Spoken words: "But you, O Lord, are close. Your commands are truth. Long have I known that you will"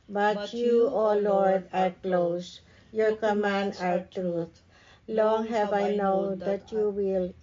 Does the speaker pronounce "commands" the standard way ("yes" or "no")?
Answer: no